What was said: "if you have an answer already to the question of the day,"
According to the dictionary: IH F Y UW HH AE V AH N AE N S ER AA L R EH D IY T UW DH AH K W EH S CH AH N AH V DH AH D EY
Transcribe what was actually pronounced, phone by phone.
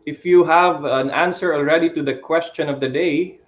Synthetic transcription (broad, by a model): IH F Y UW HH AE V AH N AE N S ER AA L R EH D IY T UW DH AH K W EH S CH AH N AH V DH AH D EY